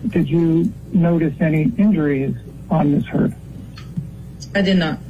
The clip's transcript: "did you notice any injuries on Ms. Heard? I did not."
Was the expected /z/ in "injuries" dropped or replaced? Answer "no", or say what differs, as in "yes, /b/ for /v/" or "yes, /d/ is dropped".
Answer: no